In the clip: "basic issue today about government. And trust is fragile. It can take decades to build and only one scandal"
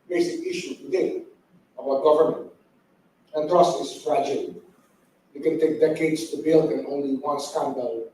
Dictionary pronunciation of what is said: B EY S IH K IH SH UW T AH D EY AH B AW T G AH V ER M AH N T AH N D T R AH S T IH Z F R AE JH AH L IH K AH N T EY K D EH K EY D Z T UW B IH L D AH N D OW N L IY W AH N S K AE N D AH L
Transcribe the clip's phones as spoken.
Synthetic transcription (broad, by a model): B EY S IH K IH SH UW T AH D EY AH B AW T G AH V ER M AH N T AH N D T R AH S T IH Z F R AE JH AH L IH K AH N T EY K D EH K EY D S T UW B IH L D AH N OW N L IY W AH N S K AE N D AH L